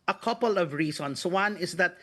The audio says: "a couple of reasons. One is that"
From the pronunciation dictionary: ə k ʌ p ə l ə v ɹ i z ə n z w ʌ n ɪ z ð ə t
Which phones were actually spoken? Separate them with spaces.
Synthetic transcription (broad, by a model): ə k ʌ p ə l ə v ɹ i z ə n s w ʌ n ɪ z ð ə t